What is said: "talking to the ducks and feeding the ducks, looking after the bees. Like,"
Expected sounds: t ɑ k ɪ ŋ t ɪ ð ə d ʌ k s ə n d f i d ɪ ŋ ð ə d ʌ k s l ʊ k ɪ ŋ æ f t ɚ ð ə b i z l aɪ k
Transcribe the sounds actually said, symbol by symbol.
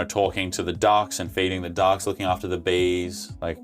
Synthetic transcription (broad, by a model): t ɑ k ɪ ŋ t ɪ ð ə d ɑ k s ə n f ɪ d ɪ ŋ ð ə d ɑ k s l ʊ k ɪ ŋ æ f t ɚ ð ə b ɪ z l aɪ k